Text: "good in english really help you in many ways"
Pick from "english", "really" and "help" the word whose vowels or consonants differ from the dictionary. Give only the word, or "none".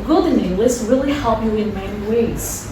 english